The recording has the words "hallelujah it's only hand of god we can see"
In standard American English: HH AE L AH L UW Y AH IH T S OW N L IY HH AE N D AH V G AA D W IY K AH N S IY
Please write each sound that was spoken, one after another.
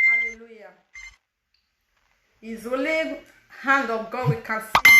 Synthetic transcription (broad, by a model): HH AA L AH L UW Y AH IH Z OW L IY HH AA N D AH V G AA W IY K AH N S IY